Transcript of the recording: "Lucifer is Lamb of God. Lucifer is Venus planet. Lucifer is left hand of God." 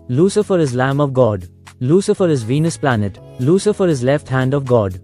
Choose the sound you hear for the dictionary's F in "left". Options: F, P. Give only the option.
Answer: F